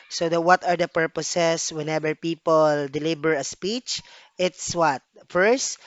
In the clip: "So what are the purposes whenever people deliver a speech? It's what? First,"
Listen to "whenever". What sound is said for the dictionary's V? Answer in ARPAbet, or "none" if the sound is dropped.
B